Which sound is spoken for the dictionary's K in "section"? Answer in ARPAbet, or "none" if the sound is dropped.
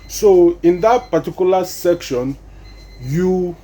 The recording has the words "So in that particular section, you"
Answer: K